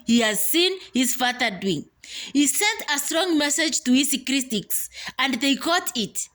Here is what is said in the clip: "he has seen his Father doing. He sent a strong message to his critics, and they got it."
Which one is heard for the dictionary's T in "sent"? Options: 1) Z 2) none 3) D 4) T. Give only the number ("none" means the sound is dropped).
4